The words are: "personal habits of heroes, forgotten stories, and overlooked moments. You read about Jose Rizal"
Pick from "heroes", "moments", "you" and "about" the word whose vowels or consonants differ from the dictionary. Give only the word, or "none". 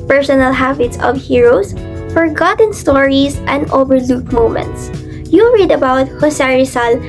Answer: heroes